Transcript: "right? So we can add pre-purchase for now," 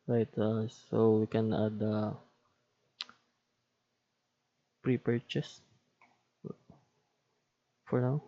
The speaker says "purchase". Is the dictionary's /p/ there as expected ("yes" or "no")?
yes